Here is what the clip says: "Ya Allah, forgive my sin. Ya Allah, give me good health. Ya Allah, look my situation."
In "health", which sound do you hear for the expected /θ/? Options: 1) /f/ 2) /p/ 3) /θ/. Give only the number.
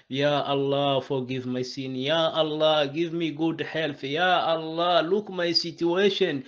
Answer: 1